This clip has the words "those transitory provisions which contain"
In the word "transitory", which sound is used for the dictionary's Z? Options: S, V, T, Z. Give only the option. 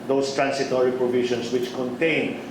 S